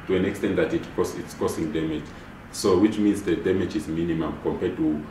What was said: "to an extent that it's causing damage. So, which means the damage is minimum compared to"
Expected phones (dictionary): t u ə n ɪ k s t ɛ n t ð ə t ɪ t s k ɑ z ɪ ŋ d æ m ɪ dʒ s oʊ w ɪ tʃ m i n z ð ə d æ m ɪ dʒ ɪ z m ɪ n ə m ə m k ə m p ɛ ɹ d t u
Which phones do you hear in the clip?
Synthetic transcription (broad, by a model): t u ə n ɪ k s t ɛ n t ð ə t ɪ t s k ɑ s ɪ ŋ d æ m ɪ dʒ s oʊ w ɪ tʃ m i n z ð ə d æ m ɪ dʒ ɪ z m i n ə m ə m k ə m p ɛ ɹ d t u